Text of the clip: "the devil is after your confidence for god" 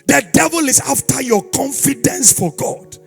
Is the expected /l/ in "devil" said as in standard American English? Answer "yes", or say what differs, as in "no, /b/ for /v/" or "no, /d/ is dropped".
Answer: yes